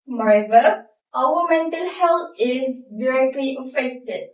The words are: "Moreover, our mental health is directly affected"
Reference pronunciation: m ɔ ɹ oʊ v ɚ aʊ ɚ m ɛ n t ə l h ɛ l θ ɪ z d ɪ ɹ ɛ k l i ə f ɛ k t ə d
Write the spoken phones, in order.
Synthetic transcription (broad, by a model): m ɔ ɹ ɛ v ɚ aʊ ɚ m ɛ n t ə l h ɛ l t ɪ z d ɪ ɹ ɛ k l i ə f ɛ k t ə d